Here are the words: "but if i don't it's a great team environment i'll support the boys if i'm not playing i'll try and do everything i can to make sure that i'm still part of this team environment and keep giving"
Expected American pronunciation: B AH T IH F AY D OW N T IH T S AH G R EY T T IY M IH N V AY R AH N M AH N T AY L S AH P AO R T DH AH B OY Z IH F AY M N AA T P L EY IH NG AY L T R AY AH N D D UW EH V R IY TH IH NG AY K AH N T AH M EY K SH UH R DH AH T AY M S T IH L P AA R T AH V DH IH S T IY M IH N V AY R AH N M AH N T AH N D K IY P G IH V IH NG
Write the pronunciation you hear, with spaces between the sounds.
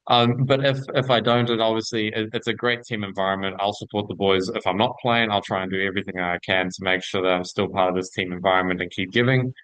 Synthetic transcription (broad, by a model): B AH T IH F AY D OW N T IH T S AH G R EY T T IY M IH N V AY R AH N M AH N T AY L S AH P AO R T DH AH B OY Z IH F AY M N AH T P L EY IH NG AY L T R AY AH N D D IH EH V R IY TH IH NG AY K AH N T AH M EY K SH UH R DH AH T AY M S T IH L P AA R T AH V DH IH S T IY M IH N V AY R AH N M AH N T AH N K IY P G IH V IH NG